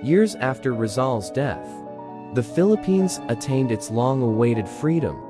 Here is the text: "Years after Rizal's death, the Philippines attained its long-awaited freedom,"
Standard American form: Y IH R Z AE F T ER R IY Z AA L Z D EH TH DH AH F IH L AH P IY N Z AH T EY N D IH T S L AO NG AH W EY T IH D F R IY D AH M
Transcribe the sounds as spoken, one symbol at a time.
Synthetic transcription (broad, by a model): Y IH R Z AE F T ER R IY Z AA L Z D EH TH DH AH F IH L AH P IY N Z AH T EY N D IH T S L AO NG AH W EY T IH D F R IY D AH M